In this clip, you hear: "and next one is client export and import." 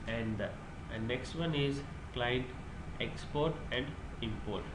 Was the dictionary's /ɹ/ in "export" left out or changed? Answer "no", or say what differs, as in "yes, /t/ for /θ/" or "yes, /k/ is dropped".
no